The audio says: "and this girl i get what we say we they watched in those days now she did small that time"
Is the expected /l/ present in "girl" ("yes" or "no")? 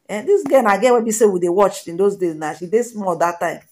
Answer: no